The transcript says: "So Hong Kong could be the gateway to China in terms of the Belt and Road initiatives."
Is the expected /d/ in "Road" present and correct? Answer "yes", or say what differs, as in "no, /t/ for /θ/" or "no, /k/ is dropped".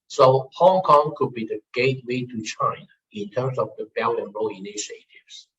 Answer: no, /d/ is dropped